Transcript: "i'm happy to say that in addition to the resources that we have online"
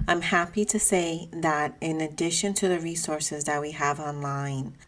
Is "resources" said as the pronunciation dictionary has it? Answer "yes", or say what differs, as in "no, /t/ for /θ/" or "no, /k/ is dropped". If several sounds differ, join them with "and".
yes